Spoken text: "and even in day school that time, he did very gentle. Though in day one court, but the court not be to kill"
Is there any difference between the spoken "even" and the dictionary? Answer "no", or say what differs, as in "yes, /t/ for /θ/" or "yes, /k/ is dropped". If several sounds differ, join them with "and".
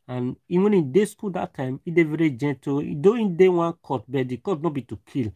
yes, /w/ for /v/